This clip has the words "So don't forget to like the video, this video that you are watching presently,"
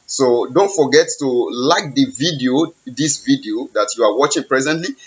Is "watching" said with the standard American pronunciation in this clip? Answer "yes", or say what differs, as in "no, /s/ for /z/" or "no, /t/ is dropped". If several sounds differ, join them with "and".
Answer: yes